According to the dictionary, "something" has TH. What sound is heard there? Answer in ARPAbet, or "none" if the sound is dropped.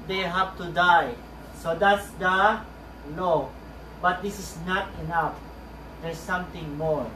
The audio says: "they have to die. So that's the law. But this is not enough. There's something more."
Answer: T